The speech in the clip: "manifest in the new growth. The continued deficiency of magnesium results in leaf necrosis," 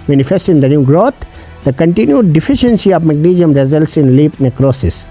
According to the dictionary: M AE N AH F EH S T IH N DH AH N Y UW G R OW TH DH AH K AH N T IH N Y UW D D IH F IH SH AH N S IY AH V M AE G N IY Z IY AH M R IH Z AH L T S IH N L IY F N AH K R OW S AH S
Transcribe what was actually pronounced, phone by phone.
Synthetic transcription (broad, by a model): M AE N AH F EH S T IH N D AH N Y UW G R OW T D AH K AH N T IH N Y UW D D IH F IH SH AH N S IY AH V M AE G N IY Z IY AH M R IH Z AH L T S IH N L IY P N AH K R OW S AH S